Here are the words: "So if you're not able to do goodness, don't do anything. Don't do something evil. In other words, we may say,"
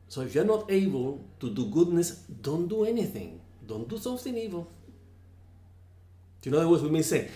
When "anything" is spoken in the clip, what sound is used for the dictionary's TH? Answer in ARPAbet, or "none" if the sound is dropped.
TH